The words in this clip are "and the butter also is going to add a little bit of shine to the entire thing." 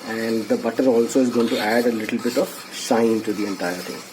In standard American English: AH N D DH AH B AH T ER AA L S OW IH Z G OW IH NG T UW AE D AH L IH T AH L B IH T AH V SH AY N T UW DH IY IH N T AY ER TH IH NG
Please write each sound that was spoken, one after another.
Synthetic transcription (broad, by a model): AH N D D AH B AH T ER AA L S OW IH Z G OW IH NG T UW AE D AH L IH T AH L B IH T AH V S AY N T UW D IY IH N T AY ER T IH NG